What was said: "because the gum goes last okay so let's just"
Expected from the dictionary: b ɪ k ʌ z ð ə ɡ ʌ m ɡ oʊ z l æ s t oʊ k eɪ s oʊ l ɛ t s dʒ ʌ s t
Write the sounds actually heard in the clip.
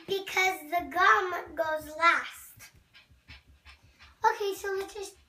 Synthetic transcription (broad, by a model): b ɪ k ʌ z ð ə ɡ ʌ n ɡ oʊ z l æ s t oʊ k eɪ s oʊ w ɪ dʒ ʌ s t